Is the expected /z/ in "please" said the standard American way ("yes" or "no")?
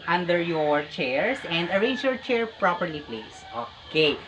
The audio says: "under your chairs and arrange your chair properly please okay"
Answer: no